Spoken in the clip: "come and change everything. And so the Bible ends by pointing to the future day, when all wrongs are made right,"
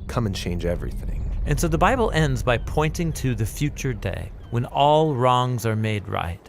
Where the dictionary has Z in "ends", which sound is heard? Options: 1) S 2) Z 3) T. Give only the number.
2